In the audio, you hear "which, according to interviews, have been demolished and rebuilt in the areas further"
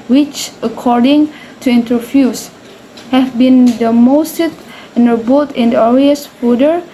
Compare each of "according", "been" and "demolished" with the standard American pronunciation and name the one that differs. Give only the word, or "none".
demolished